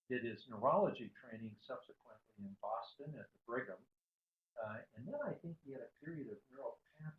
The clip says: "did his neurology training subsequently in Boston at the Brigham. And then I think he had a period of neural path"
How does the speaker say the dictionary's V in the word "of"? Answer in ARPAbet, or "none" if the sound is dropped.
V